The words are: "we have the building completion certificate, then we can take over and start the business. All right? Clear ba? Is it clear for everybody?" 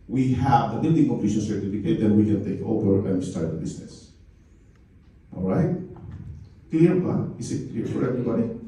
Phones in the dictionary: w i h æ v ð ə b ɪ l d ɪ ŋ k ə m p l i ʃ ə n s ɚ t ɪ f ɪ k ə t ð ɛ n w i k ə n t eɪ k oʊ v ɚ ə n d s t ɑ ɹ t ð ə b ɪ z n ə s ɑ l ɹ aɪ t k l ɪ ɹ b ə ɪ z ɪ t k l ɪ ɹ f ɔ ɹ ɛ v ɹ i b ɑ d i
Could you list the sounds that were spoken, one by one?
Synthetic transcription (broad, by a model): w i h æ v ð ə b ɪ l d ɪ ŋ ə p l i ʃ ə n s ɚ t ɪ f ɪ k ə t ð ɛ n w i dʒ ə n t eɪ k oʊ v ɚ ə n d s t ɑ ɹ t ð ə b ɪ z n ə s ɑ l ɹ aɪ t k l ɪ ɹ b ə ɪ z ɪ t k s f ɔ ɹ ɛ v ɹ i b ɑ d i